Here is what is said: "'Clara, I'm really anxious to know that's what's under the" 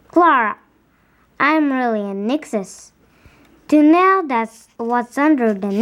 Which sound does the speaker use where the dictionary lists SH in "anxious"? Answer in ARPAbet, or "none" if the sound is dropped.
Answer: S